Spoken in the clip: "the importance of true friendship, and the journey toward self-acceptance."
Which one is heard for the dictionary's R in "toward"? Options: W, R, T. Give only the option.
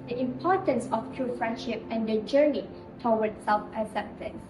W